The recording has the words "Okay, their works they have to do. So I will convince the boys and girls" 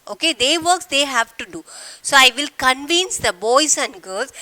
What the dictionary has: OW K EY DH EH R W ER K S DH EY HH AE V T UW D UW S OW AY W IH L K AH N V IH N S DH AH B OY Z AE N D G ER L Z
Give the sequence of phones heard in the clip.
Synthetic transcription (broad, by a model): OW K EY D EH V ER K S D EY HH AE V T UW D UW S OW AY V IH L K AH N V IH N S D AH B OY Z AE N D G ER L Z